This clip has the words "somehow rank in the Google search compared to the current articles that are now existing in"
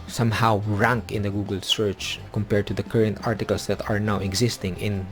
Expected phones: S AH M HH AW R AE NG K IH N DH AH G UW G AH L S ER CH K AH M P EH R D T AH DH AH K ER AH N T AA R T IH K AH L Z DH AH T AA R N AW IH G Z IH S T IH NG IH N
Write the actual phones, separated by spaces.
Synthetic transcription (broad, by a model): S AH M HH AW R AE NG K IH N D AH G UW G AH L S ER CH K AH M P EH R D T AH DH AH K ER AH N T AA R T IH K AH L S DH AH T AA R N AW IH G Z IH S T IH NG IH N